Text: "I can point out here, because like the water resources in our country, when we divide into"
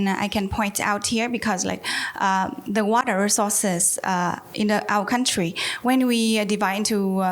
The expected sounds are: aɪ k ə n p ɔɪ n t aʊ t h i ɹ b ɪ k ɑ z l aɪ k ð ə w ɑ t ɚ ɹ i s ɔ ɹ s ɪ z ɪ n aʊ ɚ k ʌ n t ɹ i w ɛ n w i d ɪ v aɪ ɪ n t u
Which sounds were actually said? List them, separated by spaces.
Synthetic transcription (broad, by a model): aɪ k ə n p ɔɪ n t aʊ t h i ɹ b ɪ k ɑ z l aɪ k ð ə w ɑ t ɚ ɹ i s ɔ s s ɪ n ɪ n aʊ ɚ k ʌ n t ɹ i w ɛ n w i d ɪ v aɪ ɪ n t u